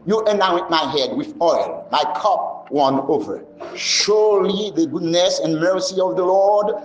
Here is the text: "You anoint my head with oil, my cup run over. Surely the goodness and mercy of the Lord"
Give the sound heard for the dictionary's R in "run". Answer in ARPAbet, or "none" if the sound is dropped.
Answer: W